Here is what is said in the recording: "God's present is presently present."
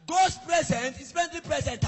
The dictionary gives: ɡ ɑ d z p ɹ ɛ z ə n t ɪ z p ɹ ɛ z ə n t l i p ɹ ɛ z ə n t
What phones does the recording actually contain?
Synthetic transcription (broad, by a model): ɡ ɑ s p ɹ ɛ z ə n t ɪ s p ɛ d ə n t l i p ɹ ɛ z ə n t